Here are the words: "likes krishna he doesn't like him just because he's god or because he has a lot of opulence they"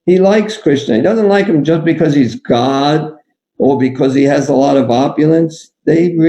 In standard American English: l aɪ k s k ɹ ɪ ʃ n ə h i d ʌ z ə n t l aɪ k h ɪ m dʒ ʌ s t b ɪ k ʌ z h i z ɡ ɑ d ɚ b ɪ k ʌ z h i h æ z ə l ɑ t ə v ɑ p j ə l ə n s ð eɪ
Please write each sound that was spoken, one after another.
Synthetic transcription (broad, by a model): l aɪ k s k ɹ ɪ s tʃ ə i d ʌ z n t l aɪ k h ɪ m dʒ ʌ s b ɪ k ʌ z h i z ɡ ɑ d ɚ b ɪ k ʌ z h i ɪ z ə l ɑ t ə v ɑ p j ə l ə n s ð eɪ